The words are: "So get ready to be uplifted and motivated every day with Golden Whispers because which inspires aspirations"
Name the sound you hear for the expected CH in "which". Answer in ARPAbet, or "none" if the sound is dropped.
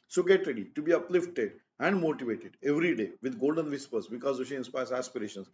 none